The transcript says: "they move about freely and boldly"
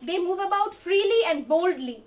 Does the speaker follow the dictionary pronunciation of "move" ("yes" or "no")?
yes